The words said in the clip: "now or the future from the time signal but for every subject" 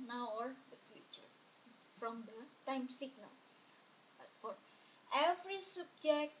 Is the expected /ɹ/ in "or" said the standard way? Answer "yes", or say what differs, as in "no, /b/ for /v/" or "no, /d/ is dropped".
yes